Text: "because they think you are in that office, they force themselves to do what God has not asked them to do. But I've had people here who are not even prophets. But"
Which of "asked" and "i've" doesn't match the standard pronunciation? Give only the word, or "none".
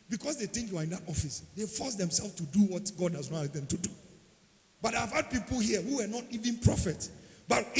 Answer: asked